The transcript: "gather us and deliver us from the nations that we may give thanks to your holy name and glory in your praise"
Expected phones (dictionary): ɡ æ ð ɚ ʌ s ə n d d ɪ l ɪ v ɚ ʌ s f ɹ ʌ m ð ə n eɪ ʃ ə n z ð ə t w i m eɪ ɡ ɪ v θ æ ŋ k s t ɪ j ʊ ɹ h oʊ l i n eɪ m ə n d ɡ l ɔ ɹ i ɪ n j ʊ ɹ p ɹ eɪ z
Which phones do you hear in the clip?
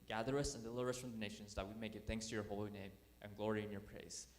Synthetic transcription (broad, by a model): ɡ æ ð ɚ ʌ s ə n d d ɪ l ɪ v ɚ ʌ s f ɹ ʌ m ð ə n eɪ ʃ ə n z ð ə t w i m eɪ ɡ ɪ v θ æ ŋ k s t ɪ j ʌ ɹ h oʊ l i n eɪ m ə n ɡ l ɔ ɹ i ɪ n j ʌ ɹ p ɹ eɪ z